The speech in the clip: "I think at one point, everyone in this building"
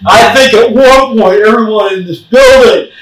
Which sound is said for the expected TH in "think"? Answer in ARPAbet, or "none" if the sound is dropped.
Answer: TH